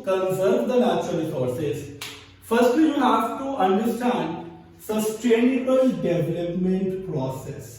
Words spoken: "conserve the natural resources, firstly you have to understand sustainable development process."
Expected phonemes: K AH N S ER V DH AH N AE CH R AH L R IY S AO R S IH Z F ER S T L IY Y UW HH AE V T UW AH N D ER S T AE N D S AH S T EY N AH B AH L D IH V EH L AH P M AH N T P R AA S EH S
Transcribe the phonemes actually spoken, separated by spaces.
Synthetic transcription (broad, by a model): K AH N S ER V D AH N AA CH AH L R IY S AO R S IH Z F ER S T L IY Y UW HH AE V T UW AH N D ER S T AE N D S AH S T EY N AH B AH L D IH V EH L AH P M AH N T P R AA S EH S